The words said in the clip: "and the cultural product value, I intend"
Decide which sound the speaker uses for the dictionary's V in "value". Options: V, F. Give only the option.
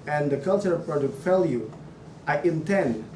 F